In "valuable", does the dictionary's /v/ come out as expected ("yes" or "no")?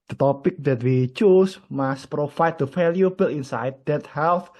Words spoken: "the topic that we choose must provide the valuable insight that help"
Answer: no